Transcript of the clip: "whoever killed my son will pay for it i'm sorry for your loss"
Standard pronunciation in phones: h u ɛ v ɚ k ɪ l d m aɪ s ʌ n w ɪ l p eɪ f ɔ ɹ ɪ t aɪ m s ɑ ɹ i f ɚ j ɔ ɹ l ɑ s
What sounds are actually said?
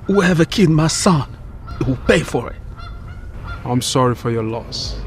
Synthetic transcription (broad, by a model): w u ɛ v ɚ k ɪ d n m aɪ s ʌ n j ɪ w p eɪ f ɔ ɹ ɪ t aɪ m s ɑ ɹ i f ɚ j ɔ l ɑ s